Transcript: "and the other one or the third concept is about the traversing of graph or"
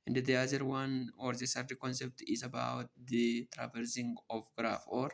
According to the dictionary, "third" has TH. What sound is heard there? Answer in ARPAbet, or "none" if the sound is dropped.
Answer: S